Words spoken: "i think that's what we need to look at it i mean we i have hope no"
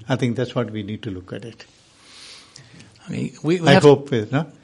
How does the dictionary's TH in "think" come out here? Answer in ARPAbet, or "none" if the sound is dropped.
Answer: T